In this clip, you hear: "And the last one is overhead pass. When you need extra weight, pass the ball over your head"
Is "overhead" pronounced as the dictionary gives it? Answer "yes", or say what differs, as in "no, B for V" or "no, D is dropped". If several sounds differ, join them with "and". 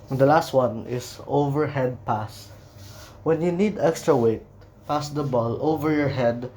yes